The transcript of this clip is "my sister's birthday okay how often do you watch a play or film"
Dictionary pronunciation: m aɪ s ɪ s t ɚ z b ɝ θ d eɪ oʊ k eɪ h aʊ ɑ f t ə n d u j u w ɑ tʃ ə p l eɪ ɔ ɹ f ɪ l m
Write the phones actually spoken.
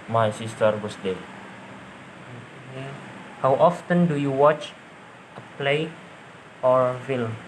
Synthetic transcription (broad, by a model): m aɪ s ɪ s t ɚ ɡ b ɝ s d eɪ oʊ k eɪ h aʊ ɑ f t ə n d u j u w ɑ tʃ ə p l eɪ ɔ ɹ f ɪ l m